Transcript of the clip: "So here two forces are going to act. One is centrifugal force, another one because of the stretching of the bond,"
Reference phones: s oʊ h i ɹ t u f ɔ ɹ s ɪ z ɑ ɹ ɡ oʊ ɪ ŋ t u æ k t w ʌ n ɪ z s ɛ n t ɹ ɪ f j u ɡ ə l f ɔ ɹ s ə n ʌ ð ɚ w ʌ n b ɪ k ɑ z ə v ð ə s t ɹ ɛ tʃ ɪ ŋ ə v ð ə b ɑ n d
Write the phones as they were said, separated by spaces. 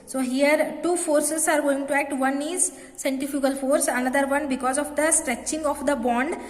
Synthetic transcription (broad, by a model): s oʊ h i ɹ t u f ɔ ɹ s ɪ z ɑ ɹ ɡ oʊ ɪ ŋ t u æ k t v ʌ n ɪ z s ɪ n t ɪ f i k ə l f ɔ ɹ s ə n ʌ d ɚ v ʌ n b ɪ k ɑ z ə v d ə s t ɹ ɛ tʃ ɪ ŋ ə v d ə b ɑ n d